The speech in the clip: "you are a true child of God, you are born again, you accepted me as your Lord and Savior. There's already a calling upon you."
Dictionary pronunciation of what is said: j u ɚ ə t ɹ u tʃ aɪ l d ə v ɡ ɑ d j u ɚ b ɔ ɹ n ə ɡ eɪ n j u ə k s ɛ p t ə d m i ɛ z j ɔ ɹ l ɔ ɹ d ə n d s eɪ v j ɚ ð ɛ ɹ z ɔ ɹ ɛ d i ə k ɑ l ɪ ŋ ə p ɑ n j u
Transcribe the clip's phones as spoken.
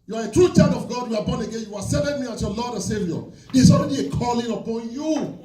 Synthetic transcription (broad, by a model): j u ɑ ə t ɹ u tʃ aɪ d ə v ɡ ɑ d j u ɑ b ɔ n ə ɡ eɪ n j u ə s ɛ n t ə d m i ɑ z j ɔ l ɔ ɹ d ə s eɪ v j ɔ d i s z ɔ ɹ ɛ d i ə k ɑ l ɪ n ə p ɑ n j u